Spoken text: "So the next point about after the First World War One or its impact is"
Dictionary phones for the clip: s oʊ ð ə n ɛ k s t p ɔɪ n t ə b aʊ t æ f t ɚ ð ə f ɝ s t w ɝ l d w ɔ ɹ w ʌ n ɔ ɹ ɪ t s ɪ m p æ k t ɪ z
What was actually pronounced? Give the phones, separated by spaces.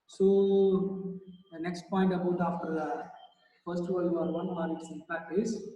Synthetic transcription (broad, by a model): s oʊ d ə n ɛ k s t p ɔɪ n t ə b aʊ t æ f t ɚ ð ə f ɝ s t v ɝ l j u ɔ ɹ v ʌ n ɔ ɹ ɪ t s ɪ p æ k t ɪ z